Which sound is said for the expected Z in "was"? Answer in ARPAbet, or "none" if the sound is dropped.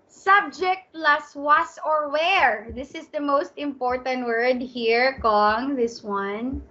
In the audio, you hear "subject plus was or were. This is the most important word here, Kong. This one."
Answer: S